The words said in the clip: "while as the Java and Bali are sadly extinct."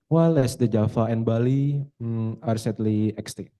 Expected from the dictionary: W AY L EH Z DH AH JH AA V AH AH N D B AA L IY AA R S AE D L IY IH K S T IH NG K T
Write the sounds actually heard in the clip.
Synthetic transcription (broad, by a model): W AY L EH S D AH JH AA F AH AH N B AA L IY AA R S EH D L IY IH K S T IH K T